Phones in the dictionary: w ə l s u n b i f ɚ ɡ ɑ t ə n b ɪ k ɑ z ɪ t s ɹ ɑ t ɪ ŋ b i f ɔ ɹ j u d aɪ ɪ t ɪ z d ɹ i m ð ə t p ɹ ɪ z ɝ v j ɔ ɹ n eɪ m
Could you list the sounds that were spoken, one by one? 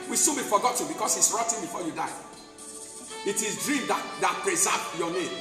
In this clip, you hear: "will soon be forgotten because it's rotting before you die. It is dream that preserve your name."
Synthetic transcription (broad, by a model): w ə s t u b i f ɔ ɡ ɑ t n b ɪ k ɑ s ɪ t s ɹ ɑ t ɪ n b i f ɔ j u d aɪ ɪ t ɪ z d ɹ i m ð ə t p ɹ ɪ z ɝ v j ɔ n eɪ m